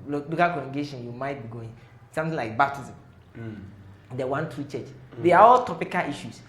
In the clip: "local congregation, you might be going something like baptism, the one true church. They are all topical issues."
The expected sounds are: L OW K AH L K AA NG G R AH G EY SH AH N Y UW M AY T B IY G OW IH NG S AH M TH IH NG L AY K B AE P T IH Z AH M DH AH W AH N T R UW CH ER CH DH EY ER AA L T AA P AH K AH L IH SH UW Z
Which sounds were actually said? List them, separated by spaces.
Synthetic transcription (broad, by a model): L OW K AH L K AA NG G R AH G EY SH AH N Y UW M AY T B IY G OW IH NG S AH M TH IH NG L AY K B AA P T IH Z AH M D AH W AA N T R UW CH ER CH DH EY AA AA L T AA P AH K AH L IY SH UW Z